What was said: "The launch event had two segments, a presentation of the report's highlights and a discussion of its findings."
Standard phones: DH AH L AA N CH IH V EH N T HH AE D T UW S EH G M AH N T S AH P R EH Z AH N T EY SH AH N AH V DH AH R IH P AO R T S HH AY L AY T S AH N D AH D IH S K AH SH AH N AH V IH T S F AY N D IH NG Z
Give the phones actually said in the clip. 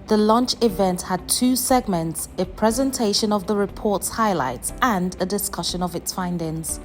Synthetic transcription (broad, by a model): DH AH L AA N CH IH V EH N T HH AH D T UW S EH G M AH N T S AH P R EH Z AH N T EY SH AH N AH V DH AH R IH P AO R T S HH AY L AY T S AH N D AH D IH S K AH SH AH N AH V IH T S F AY N D IH NG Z